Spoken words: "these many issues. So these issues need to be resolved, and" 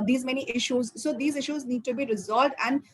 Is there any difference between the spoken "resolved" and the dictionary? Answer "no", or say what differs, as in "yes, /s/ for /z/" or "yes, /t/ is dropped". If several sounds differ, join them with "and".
no